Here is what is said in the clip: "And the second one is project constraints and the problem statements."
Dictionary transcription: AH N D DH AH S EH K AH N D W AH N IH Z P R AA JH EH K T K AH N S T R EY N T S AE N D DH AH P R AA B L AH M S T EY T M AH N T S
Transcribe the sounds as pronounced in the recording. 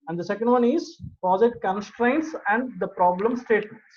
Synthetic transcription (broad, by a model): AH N D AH S EH K AH N D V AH N IH Z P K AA Z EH T K AH N S T R EY N T S AE N D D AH P R AA B L AH M S T EY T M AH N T